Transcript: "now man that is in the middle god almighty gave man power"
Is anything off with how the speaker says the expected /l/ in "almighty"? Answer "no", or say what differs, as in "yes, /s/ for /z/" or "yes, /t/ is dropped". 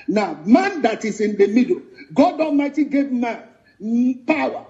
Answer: yes, /l/ is dropped